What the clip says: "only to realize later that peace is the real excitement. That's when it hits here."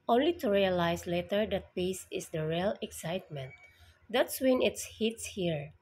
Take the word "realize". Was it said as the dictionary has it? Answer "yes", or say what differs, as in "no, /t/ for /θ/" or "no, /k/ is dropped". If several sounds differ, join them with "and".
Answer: no, /s/ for /z/